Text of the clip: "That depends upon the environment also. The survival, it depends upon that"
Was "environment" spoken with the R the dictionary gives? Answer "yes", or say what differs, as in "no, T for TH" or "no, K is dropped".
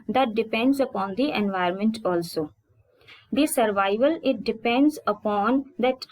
no, R is dropped